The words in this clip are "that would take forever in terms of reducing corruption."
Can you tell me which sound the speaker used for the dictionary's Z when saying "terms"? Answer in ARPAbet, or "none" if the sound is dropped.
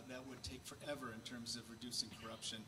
Z